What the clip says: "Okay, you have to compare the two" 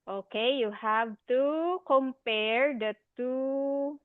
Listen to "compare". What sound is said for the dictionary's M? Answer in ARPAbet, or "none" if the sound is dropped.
M